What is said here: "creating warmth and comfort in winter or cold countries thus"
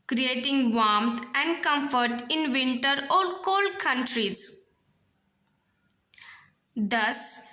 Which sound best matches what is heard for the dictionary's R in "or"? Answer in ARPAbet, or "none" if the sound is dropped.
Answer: L